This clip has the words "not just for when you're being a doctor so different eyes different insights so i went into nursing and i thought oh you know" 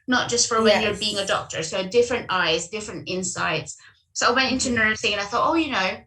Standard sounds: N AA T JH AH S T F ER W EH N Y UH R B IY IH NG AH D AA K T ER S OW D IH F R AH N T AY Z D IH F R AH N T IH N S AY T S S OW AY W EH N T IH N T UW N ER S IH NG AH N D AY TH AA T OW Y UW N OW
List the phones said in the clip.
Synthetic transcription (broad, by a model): N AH T JH AH S T F ER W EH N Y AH R B IY IH NG AH D AA K T ER S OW D IH F R AH N T AY Z D IH F R AH N T IH N S AY T S S OW AY W EH N T IH N T UW N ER TH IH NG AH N AY TH AA T OW Y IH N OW